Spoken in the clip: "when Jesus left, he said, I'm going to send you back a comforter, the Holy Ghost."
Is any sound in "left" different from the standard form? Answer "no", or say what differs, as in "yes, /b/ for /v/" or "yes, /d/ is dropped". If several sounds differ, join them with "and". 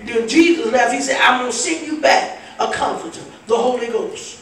yes, /n/ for /l/